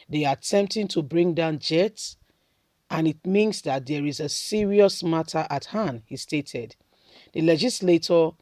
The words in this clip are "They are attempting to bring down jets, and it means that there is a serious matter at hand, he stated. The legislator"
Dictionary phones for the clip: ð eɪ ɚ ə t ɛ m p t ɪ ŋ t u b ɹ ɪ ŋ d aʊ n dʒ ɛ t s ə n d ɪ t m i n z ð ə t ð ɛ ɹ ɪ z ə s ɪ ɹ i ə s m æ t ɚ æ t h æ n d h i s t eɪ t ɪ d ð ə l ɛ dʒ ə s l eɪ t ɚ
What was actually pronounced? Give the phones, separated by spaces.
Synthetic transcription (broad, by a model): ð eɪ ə t ɛ m p t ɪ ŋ t u b ɹ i ŋ d aʊ n dʒ ɛ t s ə n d ɪ t m i n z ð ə t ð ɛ ɹ ɪ z ə s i ɹ i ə s m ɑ t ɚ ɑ t h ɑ n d h i s t eɪ t ɪ d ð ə l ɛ dʒ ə s l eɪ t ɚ